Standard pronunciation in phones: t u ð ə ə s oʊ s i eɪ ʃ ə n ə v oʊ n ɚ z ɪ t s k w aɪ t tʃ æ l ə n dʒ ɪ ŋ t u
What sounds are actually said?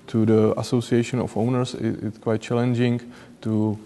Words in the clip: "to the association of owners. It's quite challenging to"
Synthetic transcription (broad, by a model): t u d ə ə s oʊ s i eɪ ʃ ə n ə f oʊ n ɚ s ɪ t s k w aɪ t tʃ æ l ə n dʒ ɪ ŋ t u